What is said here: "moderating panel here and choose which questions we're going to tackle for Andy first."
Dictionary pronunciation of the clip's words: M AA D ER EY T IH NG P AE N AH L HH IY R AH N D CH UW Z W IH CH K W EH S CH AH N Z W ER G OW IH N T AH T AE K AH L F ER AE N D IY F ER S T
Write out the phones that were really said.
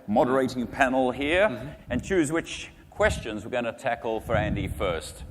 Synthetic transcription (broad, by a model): M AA D ER EY T IH NG P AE N L HH IY R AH N CH UW Z W IH CH K W EH S CH AH N Z W ER G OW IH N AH T AE K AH L F ER AE N D IY F ER S T